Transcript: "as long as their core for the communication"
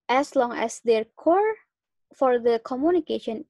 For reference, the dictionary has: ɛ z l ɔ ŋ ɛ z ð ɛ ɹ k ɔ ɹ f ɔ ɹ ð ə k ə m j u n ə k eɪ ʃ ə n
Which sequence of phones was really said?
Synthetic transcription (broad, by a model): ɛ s l ɔ ŋ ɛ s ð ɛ ɹ k ɔ ɹ f ɔ ɹ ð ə k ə m j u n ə k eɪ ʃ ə n